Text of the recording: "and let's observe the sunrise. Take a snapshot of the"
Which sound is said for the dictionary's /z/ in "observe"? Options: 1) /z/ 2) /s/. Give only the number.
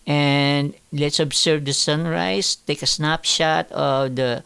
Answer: 2